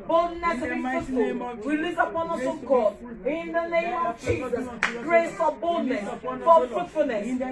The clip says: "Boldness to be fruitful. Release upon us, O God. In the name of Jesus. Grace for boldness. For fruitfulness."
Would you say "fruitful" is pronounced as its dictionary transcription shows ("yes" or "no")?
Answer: no